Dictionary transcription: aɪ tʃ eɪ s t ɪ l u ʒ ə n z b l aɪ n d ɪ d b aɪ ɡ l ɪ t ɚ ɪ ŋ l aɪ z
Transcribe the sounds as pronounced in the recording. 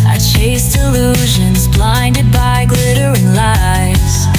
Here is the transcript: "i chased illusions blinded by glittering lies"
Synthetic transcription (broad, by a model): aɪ tʃ eɪ s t ɪ l u ʒ ə n z b l aɪ n d ɪ d b aɪ ɡ l ɪ t ɚ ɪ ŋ l aɪ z